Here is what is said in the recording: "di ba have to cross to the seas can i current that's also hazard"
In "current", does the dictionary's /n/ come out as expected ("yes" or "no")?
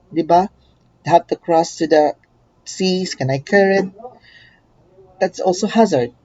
no